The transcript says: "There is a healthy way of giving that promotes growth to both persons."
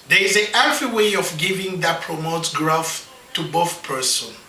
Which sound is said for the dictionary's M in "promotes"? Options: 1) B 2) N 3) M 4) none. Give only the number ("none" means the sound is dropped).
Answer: 3